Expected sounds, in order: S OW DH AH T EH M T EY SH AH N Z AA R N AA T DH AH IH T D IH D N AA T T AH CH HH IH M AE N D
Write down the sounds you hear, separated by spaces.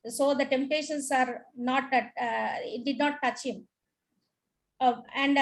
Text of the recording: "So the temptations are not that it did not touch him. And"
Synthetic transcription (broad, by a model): S OW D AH T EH M T EY SH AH N S AA R N AA T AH IH T D IH D N AA T T AH CH HH IH M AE N D